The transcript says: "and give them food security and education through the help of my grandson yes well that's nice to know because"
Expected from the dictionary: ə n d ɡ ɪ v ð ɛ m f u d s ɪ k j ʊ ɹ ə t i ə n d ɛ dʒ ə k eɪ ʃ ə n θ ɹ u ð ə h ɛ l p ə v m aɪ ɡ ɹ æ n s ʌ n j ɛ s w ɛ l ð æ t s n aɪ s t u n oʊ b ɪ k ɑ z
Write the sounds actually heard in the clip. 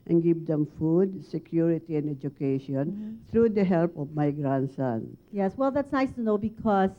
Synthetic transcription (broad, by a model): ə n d ɡ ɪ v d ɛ m f u d s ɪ k j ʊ ɹ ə t i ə n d ɛ dʒ ə k eɪ ʃ ə n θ ɹ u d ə h ɛ l p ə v m aɪ ɡ ɹ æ n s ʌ n j ɛ s w ɛ l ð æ t s n aɪ s t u n oʊ b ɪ k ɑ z